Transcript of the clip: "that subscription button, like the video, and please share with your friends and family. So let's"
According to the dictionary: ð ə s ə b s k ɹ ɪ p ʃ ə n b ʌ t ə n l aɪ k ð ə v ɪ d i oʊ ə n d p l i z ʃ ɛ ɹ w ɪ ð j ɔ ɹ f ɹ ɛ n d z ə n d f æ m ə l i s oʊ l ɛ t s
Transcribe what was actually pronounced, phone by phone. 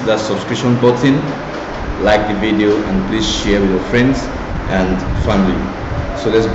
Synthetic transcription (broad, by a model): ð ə s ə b s k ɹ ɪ ʃ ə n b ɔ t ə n l aɪ k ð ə v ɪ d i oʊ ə n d p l i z ʃ ɛ ɹ w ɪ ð j ɔ ɹ f ɹ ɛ n d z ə n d f æ m ə l i s oʊ l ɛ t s